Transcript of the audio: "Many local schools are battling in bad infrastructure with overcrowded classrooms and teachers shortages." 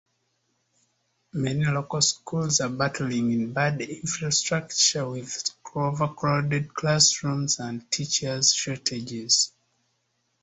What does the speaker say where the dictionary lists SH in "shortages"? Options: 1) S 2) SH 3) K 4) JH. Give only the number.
1